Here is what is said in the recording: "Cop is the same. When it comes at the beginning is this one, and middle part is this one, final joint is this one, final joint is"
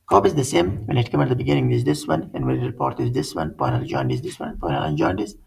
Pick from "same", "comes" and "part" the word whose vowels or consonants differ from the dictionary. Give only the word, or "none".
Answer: comes